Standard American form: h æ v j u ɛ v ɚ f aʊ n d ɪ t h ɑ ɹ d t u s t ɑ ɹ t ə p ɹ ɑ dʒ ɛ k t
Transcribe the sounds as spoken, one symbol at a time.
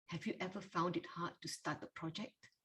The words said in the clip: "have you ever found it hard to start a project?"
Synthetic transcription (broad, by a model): h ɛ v j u ɛ v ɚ f aʊ n d ɪ t h ɑ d t u s t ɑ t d ə p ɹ ɑ dʒ ɛ k t